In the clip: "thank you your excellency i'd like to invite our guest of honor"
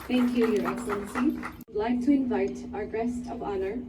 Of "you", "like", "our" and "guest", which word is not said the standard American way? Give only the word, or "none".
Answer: none